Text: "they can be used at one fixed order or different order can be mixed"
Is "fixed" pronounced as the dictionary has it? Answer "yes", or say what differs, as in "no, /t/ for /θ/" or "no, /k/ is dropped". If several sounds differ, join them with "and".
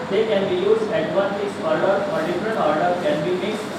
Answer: no, /t/ is dropped